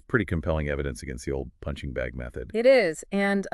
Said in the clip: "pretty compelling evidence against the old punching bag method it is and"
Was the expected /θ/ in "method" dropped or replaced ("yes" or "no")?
no